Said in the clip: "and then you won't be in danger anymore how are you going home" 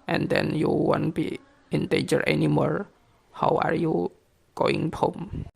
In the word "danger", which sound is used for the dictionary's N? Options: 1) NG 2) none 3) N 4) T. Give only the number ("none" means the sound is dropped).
2